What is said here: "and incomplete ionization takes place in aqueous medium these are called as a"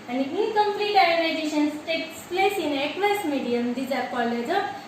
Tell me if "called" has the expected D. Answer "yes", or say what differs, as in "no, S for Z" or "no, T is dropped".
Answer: no, D is dropped